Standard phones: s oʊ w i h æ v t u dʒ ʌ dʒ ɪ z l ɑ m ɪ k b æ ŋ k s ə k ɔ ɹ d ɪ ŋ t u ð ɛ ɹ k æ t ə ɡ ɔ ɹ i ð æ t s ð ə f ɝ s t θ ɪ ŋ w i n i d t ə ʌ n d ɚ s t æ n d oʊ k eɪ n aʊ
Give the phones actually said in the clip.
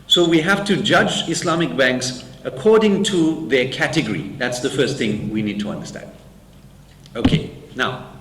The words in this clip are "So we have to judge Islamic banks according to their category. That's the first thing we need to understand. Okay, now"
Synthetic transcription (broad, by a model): s oʊ w i h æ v t u dʒ ʌ dʒ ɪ s l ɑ m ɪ k b æ ŋ k s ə k ɔ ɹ d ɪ ŋ t u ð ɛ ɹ k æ t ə ɡ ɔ ɹ i ð æ t s ð ə f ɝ s t θ ɪ ŋ w i n i d t ə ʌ n d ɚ s t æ n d oʊ k eɪ n aʊ